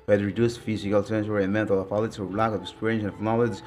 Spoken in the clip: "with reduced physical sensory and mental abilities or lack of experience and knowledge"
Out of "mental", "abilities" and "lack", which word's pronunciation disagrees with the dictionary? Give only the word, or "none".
abilities